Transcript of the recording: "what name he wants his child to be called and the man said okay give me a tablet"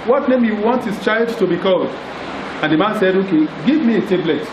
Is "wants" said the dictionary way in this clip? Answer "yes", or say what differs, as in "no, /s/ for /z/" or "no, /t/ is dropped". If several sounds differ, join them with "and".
no, /s/ is dropped